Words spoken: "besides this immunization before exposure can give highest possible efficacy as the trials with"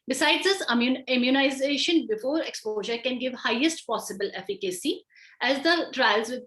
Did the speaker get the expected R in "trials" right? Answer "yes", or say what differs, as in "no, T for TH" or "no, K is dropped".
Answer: yes